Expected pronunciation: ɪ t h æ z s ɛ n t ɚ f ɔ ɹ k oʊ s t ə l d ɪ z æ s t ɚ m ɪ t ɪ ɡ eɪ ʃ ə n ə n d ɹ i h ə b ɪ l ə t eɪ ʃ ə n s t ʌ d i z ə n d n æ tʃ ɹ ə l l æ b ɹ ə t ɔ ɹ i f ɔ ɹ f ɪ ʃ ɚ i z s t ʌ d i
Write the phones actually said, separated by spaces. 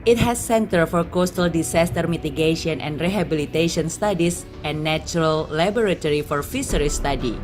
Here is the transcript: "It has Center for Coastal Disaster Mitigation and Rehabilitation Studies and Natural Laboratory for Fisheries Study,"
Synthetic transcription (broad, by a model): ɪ t h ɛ s ɛ n t ɚ f ɔ ɹ k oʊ s t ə l d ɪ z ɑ s t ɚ m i t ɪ ɡ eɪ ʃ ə n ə n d ɹ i h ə b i l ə t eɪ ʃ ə n s t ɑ d i s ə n n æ tʃ ɹ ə l l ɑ b ɹ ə t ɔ ɹ i f ɔ ɹ f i s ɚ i s t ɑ d i